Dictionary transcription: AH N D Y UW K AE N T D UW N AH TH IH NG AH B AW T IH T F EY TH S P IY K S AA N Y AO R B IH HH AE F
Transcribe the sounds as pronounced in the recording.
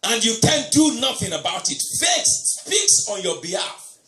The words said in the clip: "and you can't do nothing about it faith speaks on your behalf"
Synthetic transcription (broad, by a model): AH N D Y UW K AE N D UW N AH TH IH NG AH B AW T IH T F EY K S F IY K S AA N Y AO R B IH HH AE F